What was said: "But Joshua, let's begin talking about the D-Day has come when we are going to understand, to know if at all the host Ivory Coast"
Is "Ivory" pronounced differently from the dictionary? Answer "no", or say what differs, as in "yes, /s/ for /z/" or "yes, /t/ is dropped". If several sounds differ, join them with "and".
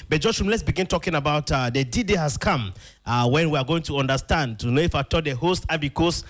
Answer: yes, /ɹ/ is dropped